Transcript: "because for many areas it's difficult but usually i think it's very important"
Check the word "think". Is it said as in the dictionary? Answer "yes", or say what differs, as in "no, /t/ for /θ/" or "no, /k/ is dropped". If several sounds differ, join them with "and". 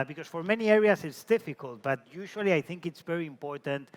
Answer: yes